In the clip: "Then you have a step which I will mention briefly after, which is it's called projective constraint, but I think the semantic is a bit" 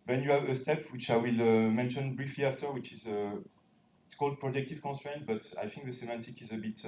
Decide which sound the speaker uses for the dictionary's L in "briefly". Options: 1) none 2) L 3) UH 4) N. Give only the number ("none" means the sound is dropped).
2